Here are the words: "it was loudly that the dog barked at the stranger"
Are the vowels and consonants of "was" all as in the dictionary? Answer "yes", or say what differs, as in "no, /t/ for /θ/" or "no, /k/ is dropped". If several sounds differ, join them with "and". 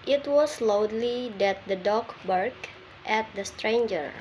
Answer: no, /s/ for /z/